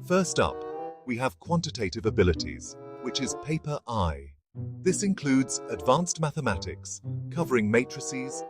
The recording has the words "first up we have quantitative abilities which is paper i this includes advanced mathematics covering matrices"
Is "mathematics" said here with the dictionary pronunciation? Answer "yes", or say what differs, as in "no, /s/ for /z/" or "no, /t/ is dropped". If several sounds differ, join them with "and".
yes